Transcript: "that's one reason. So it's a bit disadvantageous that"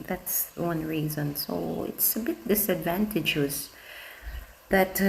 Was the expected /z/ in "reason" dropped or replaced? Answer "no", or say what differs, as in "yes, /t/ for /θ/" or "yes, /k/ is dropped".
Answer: no